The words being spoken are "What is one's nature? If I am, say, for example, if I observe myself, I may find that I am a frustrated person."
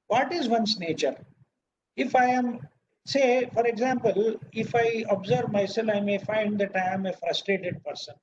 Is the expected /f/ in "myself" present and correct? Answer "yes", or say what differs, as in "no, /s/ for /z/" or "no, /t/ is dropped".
no, /f/ is dropped